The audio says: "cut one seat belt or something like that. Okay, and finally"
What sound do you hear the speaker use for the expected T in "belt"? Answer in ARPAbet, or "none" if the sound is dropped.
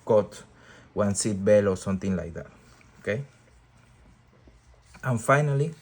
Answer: none